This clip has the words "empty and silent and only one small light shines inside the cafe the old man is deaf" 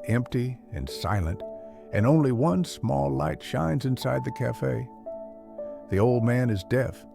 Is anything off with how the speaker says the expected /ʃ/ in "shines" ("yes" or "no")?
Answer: no